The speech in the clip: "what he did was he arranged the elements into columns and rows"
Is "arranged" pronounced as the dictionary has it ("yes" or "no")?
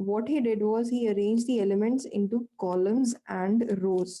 yes